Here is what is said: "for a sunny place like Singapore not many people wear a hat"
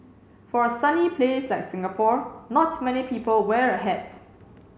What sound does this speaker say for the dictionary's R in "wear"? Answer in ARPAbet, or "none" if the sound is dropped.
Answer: R